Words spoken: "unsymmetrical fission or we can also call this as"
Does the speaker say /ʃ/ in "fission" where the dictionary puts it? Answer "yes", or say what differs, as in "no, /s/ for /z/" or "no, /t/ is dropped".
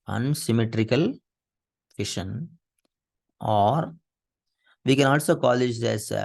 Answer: yes